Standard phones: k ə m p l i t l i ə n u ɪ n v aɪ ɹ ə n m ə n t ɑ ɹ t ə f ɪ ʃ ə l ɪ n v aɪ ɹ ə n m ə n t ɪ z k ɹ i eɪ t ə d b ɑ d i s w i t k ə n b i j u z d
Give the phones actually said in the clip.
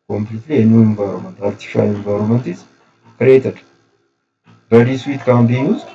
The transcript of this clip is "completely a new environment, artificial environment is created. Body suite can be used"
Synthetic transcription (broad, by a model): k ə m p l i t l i ə n u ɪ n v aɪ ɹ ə m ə n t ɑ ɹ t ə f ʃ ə n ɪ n v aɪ ɹ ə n m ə n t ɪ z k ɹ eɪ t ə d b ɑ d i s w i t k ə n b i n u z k